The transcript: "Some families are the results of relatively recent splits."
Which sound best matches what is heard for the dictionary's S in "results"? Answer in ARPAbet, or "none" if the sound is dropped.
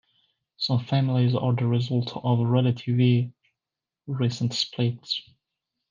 none